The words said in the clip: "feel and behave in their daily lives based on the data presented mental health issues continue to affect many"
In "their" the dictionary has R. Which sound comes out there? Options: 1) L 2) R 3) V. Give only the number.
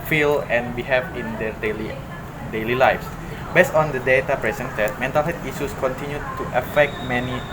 1